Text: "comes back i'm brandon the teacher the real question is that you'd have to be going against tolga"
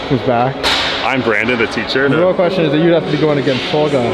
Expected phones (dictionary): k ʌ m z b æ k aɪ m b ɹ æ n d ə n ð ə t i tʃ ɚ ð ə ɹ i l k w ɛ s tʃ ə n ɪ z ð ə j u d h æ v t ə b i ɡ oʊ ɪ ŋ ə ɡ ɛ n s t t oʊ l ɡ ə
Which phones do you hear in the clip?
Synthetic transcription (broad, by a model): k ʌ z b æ k aɪ m b ɹ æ n d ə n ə t i tʃ ɚ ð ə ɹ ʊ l k w ɛ s tʃ ə n ɪ z ð ə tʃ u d h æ f t ə b i ɡ oʊ ɪ ŋ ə ɡ ɛ n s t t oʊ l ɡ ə